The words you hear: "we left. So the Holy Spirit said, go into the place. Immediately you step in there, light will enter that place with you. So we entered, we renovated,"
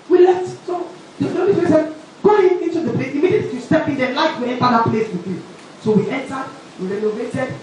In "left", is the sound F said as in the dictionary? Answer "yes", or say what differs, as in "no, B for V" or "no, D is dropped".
no, F is dropped